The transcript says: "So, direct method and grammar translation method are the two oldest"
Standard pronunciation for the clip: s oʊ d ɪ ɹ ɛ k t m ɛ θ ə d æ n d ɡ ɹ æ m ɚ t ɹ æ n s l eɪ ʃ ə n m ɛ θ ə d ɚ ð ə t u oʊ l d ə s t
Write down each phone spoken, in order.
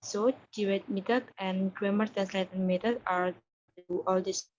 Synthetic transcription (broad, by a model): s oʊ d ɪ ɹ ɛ t m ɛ t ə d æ n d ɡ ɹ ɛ m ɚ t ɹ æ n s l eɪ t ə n m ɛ t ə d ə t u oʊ l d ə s